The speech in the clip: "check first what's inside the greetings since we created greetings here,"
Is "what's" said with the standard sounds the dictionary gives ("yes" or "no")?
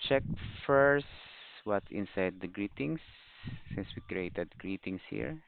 no